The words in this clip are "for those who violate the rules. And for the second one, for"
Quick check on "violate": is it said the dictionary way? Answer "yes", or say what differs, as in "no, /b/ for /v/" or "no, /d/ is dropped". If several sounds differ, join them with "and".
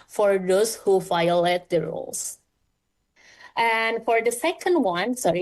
no, /f/ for /v/